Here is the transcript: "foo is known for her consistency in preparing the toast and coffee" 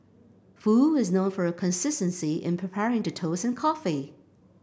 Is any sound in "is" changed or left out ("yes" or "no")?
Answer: no